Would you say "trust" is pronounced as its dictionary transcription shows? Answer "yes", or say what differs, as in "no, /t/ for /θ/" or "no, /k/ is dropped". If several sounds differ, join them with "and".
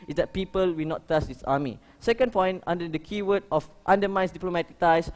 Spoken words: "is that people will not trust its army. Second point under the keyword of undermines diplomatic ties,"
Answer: no, /ɹ/ is dropped